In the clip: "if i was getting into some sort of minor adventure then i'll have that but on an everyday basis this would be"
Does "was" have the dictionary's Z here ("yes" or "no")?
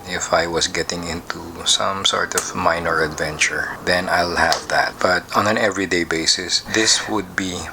no